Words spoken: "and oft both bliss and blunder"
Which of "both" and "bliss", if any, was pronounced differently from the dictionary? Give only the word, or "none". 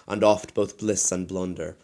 none